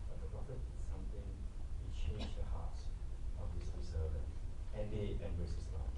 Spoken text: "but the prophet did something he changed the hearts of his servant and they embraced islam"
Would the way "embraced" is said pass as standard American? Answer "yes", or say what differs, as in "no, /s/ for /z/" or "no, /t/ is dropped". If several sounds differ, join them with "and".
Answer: no, /t/ is dropped